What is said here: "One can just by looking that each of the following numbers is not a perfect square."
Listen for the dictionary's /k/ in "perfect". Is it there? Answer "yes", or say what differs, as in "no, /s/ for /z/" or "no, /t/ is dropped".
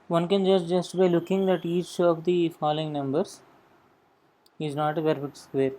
no, /k/ is dropped